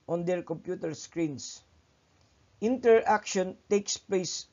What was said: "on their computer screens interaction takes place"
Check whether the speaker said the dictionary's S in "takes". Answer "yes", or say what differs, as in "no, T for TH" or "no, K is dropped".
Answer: yes